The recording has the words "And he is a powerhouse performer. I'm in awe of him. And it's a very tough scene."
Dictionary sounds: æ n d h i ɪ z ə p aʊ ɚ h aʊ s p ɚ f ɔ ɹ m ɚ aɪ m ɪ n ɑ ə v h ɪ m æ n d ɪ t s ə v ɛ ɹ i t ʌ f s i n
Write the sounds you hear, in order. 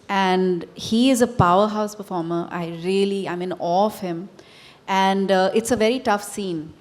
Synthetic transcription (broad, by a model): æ n d h i ɪ z ə p aʊ ɚ h aʊ s p ɚ f ɔ ɹ m ɚ aɪ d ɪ l ɑ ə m h ɪ m æ n d ɪ t s ə v ɛ ɹ i t ʌ f s i n